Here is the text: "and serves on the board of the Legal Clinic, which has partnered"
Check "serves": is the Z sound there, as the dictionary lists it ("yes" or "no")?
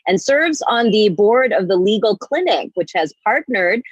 yes